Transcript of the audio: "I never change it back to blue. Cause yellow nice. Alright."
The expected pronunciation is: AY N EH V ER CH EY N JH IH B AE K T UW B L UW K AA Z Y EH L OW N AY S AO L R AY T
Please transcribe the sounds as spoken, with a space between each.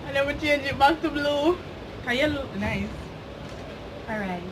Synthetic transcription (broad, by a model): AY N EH W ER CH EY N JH IH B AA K T UW B L UW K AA Y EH L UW N AY S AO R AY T